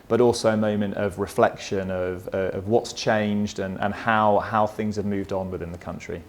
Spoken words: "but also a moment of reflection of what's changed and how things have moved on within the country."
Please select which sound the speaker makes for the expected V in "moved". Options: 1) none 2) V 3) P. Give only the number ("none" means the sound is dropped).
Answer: 2